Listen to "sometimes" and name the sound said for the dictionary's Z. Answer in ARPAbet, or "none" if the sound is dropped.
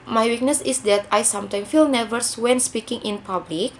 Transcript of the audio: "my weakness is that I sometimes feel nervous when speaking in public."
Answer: none